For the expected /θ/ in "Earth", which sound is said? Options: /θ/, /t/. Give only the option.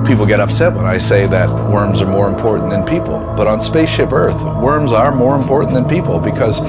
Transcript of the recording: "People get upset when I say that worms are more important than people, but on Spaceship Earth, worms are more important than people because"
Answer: /θ/